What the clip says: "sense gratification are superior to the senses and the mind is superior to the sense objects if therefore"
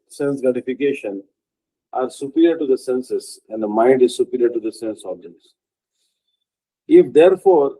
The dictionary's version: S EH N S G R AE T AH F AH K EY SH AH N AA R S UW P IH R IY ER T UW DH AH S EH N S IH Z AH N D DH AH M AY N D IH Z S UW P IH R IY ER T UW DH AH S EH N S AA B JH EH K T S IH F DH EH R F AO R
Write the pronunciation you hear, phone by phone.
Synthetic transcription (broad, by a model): S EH N S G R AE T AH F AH K EY SH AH N AA R S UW P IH R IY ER T UW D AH S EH N S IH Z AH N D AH M AY N D IH Z S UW P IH R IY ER T UW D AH S EH N S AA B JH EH T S IH F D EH R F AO R